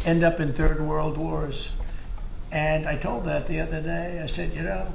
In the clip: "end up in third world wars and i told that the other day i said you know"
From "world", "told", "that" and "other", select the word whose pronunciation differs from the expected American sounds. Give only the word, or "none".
none